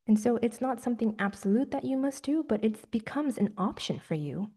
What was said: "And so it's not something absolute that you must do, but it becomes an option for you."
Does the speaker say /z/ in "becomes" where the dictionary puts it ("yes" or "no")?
yes